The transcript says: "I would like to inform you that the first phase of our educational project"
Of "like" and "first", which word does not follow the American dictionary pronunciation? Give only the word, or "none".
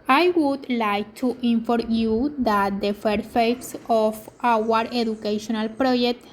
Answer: first